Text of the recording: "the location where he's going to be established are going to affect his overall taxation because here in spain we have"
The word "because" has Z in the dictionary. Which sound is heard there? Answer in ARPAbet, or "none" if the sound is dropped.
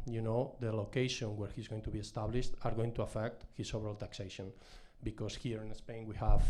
S